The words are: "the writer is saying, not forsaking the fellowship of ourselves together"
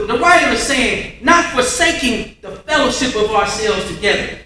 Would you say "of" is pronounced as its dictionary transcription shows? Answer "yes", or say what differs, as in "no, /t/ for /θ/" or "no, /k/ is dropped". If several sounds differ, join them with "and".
yes